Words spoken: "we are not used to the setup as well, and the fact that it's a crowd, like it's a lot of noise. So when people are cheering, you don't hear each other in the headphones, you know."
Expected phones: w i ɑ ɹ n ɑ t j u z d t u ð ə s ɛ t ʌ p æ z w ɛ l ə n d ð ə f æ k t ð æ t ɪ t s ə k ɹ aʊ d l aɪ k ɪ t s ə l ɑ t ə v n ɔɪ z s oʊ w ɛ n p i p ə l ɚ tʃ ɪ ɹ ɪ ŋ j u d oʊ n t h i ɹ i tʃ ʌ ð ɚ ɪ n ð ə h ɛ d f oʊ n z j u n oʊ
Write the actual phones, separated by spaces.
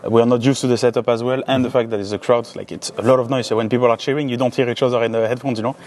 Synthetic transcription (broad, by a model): w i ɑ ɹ n ɑ t j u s t u ð ə s ɛ t ʌ p æ z w ɛ l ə n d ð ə f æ k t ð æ t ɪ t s ə k ɹ aʊ d l aɪ k ɪ t s ə l ɑ t ə v n ɔɪ s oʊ w ɛ n p i p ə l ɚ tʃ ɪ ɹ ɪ ŋ j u d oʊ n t h i ɹ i ʃ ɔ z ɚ ɪ n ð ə h ɛ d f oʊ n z j u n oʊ